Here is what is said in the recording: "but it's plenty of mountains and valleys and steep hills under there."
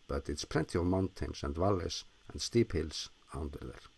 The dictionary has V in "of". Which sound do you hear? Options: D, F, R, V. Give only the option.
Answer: V